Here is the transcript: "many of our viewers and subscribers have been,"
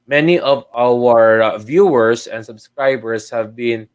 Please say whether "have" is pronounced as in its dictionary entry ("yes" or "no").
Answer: yes